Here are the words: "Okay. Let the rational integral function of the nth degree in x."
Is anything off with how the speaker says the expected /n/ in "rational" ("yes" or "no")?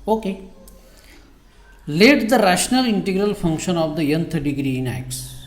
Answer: no